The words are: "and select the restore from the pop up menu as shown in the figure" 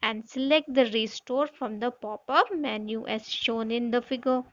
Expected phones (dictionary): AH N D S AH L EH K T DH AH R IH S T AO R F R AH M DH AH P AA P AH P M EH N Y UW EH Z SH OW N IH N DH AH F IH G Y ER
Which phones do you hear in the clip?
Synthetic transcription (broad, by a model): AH N D S AH L EH K T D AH R IH S T AO R F R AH M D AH P AA P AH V M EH N Y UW EH Z SH OW N IH N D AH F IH G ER